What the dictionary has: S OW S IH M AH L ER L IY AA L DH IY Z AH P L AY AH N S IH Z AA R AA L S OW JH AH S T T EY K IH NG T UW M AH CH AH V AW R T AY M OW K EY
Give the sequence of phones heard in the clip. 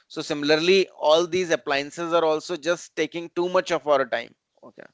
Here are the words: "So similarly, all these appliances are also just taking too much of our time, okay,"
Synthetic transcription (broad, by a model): S OW S IH M AH L ER L IY AA L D IY Z AH P L AY AH N S IH Z AA R AA L S OW JH AH S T T EY K IH NG T UW M AH CH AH F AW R T AY M OW K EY